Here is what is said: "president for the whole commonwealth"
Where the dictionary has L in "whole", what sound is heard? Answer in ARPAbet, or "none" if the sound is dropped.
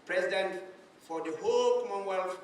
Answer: L